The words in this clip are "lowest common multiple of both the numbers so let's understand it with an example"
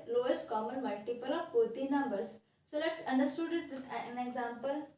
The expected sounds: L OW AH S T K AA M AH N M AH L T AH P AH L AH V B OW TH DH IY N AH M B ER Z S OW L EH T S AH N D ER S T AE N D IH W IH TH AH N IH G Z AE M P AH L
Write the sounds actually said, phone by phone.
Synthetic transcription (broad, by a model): L OW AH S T K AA M AH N M AH L T AH P AH L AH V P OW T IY N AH M B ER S S OW L EH T S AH N D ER S T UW D IH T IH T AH N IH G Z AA M P AH L